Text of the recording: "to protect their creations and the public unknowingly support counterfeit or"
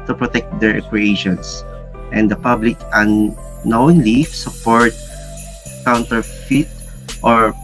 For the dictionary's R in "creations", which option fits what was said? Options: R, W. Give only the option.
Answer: W